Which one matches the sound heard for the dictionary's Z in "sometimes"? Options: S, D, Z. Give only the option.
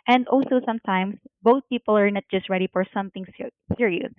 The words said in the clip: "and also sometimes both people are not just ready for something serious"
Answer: S